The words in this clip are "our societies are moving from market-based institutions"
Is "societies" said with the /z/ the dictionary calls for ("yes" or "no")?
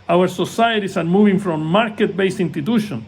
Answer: no